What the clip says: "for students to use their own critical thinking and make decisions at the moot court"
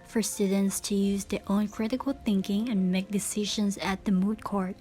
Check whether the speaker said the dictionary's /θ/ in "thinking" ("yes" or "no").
yes